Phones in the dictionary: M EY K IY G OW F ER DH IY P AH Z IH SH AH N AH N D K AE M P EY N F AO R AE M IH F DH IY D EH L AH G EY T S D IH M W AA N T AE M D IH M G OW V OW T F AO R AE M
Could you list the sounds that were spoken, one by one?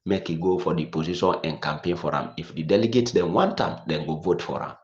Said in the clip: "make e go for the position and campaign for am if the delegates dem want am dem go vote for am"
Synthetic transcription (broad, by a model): M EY K IY G OW F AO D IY P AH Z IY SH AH N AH N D K AE M P EY N F AO R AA M IH F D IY D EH L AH G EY T D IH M W AA N T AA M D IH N G OW V OW T F AO R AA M